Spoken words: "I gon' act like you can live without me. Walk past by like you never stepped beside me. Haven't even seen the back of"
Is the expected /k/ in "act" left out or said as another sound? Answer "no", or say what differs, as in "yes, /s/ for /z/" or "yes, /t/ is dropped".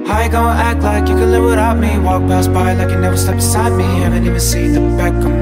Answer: no